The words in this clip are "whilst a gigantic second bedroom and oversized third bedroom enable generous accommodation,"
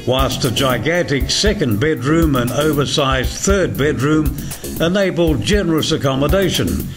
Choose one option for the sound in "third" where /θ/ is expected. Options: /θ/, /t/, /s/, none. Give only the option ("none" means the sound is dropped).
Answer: /θ/